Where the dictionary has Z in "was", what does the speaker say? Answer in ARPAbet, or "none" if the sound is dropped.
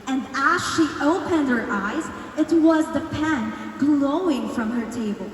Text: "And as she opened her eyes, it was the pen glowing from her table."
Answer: Z